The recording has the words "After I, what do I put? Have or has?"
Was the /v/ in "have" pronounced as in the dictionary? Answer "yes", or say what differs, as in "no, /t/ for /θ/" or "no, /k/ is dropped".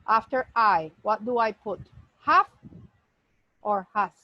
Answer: no, /f/ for /v/